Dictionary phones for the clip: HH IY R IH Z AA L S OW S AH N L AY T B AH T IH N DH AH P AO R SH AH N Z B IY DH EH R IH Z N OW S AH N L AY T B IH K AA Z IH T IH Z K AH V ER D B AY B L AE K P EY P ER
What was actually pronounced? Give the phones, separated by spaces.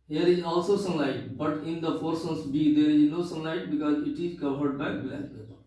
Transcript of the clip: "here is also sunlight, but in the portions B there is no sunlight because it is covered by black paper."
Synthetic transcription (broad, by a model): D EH R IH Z AA L S OW S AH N L AY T B AH T IH N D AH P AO R S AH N S B IY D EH R IH Z N OW S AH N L AY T B IH K AA Z IH T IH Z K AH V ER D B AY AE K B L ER